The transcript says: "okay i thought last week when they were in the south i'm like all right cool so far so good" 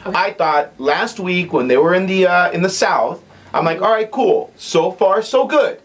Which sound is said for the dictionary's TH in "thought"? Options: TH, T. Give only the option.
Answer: TH